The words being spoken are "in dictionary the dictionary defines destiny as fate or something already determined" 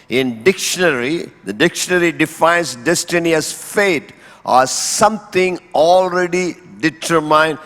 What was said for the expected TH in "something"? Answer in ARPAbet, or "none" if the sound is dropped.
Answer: T